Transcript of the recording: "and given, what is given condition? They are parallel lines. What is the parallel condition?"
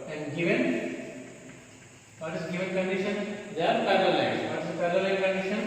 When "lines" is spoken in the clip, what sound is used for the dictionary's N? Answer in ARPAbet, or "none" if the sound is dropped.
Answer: none